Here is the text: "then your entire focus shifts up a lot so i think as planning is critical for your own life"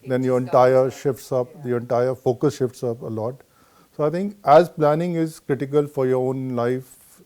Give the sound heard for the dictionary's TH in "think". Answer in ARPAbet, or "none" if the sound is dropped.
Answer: T